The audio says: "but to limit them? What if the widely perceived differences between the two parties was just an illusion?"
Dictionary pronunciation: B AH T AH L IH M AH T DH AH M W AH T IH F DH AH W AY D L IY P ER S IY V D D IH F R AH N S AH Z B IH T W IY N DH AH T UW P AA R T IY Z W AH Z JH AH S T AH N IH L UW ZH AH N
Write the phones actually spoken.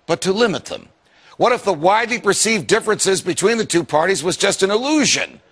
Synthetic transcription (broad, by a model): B AH T AH L IH M AH T DH AH M W AH T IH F DH AH W AY D L IY P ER S IY V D D IH F R AH N S AH Z B IH T W IY N DH AH T UW P AA R T IY Z W AH Z JH AH S T AH N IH L UW ZH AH N